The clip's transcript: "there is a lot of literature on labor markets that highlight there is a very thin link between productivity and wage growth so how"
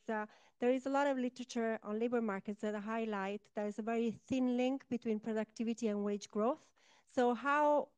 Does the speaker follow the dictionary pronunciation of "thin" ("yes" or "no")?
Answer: yes